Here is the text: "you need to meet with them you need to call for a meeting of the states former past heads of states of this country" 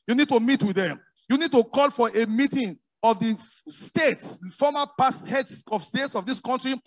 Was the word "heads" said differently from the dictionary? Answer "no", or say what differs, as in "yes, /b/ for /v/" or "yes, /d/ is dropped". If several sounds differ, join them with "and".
yes, /s/ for /z/